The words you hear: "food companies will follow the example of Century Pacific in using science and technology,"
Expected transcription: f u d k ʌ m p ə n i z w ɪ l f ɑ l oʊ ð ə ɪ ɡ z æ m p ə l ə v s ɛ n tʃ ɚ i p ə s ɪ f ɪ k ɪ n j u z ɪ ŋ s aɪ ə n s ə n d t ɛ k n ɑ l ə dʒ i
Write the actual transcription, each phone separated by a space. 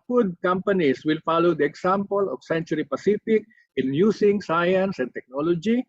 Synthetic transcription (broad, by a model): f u d k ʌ m p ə n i s w ɪ l f ɑ l oʊ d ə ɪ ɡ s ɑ m p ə l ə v s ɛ n tʃ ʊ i p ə s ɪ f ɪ k ɪ n j u s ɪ ŋ s aɪ ə n s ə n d t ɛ k n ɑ l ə dʒ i